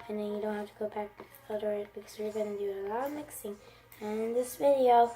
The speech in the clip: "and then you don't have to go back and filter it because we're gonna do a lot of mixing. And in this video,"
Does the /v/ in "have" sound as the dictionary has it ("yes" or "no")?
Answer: no